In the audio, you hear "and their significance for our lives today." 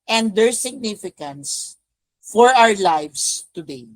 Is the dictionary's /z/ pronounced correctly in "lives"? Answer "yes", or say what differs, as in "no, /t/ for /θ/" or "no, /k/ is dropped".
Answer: no, /s/ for /z/